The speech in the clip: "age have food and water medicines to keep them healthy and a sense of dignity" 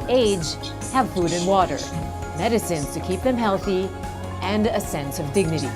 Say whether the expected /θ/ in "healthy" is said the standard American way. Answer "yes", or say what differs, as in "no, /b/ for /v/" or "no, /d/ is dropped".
yes